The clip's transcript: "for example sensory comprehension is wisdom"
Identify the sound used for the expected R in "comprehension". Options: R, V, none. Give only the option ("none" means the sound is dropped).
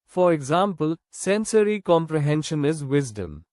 R